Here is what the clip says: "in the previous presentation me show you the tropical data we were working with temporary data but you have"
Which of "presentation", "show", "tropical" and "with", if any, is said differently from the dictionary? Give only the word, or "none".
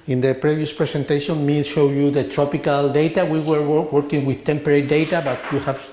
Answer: presentation